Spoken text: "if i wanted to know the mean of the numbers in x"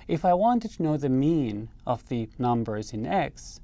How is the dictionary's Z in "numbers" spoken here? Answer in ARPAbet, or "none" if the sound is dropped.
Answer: Z